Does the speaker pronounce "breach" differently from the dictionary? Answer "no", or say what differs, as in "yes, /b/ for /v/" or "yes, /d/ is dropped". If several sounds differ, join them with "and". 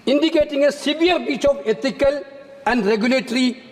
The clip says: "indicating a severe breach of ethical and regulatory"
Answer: yes, /ɹ/ is dropped